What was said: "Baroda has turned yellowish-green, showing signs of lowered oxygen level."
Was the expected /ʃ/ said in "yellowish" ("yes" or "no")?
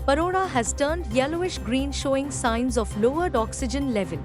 yes